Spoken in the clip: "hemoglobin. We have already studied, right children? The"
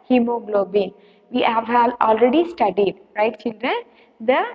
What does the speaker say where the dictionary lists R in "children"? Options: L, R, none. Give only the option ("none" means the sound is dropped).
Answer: R